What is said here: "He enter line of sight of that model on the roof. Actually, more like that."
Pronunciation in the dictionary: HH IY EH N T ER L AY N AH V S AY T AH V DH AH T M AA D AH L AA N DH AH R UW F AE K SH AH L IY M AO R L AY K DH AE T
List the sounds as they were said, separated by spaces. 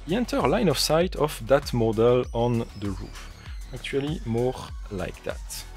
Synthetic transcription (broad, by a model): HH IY EH N T ER L AY N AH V S AY T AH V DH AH T M AA D AH L AA N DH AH R UW F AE K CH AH L IY M AO R L AY K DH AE T